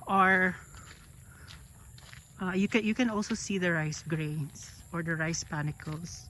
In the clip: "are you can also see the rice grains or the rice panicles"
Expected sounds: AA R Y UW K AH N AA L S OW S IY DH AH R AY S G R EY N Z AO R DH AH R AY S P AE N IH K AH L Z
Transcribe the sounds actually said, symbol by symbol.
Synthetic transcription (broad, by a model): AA R Y UW K AH N AA L S OW S IY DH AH R AY S G R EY N S AO R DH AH R AY S P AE N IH K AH L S